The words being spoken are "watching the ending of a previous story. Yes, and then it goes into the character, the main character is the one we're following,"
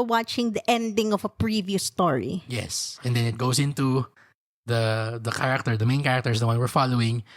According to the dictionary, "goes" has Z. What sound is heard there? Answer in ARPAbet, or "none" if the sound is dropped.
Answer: S